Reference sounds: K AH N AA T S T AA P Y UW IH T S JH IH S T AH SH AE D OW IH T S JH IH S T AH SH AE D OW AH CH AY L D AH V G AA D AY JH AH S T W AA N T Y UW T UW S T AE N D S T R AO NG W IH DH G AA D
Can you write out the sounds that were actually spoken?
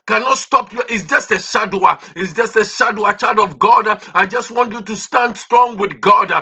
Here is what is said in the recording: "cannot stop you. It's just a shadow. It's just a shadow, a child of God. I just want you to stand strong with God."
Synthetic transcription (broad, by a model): K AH N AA T S T AA P Y UW T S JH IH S AH SH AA D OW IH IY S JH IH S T AH SH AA D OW AH CH AY D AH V G AA D AY JH AH S T W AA N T Y UW T UW S T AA N D S T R AO NG W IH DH G AA D